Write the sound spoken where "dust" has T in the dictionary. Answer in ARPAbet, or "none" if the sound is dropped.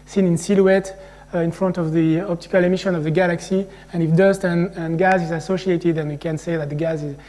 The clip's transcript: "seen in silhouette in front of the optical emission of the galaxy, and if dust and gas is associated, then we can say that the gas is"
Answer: T